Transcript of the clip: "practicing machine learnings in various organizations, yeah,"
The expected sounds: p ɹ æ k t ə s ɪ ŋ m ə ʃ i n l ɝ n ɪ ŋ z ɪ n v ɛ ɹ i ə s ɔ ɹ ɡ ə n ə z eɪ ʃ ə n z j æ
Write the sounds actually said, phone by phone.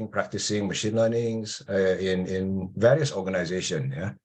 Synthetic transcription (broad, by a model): p ɹ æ k t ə s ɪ ŋ m ə ʃ i n l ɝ n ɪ ŋ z ɪ n v ɛ ɹ i ə s ɔ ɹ ɡ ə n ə z eɪ ʃ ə n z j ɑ